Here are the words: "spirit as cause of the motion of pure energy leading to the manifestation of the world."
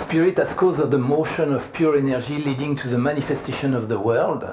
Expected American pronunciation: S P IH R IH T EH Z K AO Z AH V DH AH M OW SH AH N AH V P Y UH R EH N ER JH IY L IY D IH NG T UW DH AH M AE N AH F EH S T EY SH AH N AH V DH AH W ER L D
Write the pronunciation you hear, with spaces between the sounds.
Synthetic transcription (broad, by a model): S P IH R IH T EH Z K AO Z AH V DH AH M OW SH AH N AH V P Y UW R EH N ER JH IY L IY D IH NG T UW DH AH M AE N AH F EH S T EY SH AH N AH V DH AH W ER L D